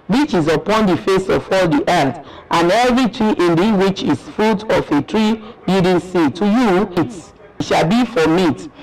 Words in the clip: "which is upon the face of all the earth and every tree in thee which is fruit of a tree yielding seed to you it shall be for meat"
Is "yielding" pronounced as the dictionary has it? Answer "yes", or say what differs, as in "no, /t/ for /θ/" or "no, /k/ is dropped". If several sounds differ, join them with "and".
no, /l/ is dropped